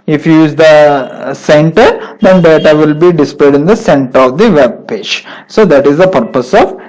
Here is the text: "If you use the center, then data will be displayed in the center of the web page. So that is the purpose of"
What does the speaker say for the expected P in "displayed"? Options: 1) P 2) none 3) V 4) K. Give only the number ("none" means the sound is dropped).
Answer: 1